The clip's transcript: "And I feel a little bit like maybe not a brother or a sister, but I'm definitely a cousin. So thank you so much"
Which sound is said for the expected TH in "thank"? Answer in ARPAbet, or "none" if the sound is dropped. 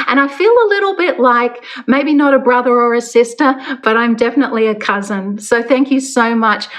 TH